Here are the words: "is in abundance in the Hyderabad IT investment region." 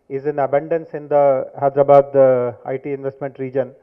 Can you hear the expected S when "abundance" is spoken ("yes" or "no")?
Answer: yes